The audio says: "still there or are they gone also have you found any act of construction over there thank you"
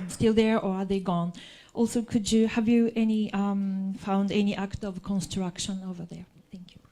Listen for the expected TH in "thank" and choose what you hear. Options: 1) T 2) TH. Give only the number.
2